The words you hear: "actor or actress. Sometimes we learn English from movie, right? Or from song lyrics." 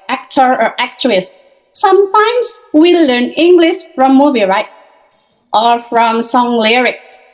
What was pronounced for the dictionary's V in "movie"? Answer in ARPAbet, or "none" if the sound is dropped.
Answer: B